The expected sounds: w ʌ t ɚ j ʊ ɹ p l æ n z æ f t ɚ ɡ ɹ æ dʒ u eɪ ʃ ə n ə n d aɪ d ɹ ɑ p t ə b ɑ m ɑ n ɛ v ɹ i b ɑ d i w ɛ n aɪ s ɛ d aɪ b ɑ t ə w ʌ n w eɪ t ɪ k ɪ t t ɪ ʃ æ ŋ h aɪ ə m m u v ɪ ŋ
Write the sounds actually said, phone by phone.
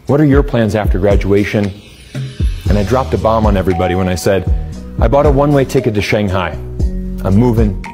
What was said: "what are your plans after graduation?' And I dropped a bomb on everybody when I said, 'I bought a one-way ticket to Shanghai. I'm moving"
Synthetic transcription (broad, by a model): w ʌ t ɚ j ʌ ɹ p l æ n z æ f t ɚ ɡ ɹ æ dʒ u eɪ ʃ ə n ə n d aɪ d ɹ ɑ p t ə b ɑ m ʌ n ɛ v ɹ i b ɑ d i w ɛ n aɪ s ɛ d aɪ b ɑ t ə w ʌ n w eɪ t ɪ k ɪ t t ɪ ʃ æ ŋ h aɪ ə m m u v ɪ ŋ